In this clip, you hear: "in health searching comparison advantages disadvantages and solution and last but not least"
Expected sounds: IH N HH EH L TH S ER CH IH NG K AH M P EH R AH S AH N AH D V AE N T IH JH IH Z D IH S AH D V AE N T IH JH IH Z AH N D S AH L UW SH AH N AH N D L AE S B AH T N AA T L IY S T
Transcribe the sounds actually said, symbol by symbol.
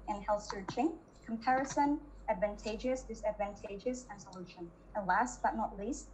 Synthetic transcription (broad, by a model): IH N HH EH L TH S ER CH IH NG K AH M P EH R AH S AH N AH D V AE N T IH JH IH S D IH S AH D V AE N T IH JH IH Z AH N S AH L UW SH AH N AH L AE S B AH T N AA T L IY S T